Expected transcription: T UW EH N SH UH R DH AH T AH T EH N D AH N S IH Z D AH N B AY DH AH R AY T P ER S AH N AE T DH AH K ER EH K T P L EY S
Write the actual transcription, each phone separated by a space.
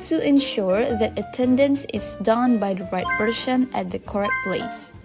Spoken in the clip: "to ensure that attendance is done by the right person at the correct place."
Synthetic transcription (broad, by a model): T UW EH N SH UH R DH AH T AH T EH N D AH N S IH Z D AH N B AY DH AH R AY T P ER SH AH N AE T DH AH K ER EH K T P L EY S